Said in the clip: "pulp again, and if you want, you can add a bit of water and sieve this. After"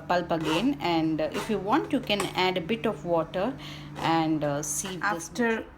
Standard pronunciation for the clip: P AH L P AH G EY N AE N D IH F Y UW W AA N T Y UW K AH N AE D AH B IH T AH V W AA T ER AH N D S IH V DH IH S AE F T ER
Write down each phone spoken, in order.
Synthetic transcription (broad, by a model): P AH L P AH G EY N AE N D IH F Y UW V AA N T Y UW K AH N AE D AH B IH T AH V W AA T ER AH N D S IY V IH AO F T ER